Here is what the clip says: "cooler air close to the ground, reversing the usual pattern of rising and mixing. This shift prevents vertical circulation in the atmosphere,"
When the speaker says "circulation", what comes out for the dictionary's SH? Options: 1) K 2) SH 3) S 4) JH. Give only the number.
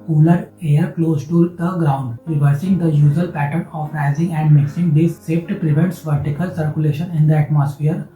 2